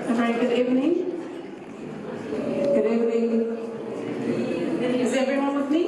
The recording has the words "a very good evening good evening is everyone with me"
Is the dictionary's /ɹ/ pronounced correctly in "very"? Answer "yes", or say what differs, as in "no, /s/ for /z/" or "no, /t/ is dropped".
no, /ɹ/ is dropped